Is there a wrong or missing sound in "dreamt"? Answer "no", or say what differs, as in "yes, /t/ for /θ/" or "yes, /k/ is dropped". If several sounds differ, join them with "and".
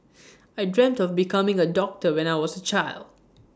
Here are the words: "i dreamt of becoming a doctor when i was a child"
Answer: no